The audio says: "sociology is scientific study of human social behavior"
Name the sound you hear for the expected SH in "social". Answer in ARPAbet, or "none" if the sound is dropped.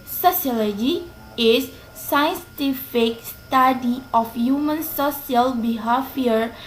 S